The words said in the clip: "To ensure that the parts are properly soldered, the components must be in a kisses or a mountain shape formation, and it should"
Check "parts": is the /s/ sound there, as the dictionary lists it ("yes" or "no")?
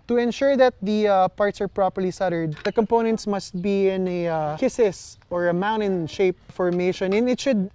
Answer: yes